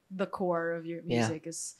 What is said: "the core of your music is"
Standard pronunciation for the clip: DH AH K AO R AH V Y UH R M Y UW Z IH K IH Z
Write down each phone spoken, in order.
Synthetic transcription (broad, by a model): DH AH K AO R AH V Y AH R M Y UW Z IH K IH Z